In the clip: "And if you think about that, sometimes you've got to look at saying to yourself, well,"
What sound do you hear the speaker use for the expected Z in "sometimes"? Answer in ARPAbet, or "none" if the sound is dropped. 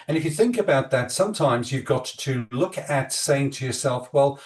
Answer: Z